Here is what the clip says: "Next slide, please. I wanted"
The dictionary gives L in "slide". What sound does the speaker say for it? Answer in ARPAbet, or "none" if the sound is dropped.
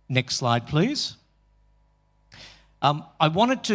L